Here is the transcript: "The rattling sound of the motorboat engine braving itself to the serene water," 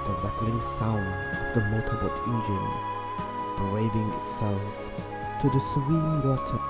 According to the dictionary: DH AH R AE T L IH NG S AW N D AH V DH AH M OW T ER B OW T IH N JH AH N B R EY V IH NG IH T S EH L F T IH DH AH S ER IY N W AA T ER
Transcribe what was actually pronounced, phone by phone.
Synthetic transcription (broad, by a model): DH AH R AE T L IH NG S AW N D AH V DH AH M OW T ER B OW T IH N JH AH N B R EY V IH NG IH T S EH L F T IH DH AH S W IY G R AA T